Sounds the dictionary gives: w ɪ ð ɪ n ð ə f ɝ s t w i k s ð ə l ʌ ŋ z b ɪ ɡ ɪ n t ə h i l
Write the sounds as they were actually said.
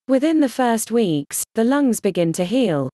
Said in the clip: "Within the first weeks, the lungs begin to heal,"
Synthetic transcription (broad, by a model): w ɪ ð ɪ n ð ə f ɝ s t w i k s ð ə l ʌ ŋ z b ɪ ɡ ɪ n t ə h i l